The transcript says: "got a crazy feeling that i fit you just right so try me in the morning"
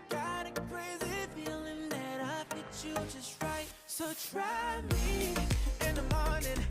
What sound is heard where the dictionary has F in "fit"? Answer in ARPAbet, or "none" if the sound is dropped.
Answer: P